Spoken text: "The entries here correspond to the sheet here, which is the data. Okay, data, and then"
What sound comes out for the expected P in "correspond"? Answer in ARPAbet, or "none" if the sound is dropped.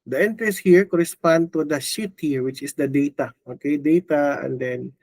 P